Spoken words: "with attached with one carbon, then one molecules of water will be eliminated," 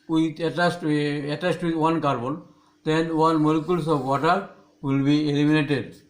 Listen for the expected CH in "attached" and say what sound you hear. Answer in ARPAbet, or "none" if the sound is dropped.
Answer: S